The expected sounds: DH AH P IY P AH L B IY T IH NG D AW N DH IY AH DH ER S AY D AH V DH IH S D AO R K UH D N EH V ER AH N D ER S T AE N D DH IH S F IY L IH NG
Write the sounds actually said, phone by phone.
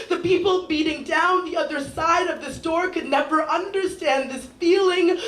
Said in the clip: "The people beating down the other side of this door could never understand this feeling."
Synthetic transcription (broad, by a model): DH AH P IY P L B IY T IH NG D AW N DH IY AH DH ER S AY D AH V DH IH S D AO R K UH D N EH V ER AH N D ER S T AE N DH IH S F IY L IH NG